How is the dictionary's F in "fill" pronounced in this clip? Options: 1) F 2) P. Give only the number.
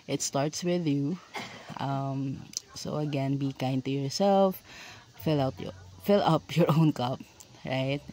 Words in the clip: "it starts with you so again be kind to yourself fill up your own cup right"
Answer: 1